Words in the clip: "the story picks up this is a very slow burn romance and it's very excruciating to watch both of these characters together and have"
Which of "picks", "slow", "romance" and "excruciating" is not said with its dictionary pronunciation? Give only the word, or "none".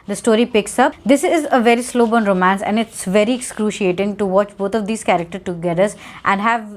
none